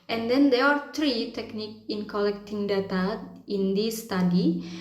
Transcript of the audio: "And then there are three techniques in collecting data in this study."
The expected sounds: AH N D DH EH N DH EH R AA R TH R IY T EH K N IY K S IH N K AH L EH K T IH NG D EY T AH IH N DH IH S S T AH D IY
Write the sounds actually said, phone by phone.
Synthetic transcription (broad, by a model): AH N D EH N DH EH AA R T R IY T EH K N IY K IH N K AH L EH K T IH NG D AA T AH IH N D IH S S T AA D IY